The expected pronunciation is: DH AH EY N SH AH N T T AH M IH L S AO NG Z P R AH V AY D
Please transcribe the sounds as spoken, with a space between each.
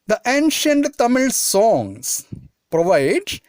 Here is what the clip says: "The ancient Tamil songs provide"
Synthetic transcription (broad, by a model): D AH EY N SH AH N T T AH M IH L S AO NG S P R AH V AY D